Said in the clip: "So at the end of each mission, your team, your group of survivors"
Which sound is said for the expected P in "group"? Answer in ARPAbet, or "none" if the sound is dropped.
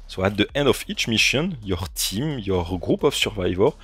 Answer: P